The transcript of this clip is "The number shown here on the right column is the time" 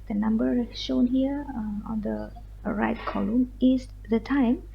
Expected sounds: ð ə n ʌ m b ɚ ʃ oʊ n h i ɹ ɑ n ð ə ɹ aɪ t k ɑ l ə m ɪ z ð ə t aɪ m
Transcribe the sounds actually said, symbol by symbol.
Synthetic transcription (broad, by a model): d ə n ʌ m b ɚ ʃ oʊ n h i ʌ ɑ n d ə ɹ aɪ t k ɑ l ə m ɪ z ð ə t aɪ m